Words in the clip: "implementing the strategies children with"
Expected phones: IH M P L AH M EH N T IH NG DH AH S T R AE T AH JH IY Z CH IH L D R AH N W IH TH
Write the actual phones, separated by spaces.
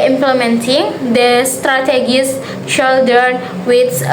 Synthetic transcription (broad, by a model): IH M P L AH M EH N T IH NG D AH S T R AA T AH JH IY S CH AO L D AH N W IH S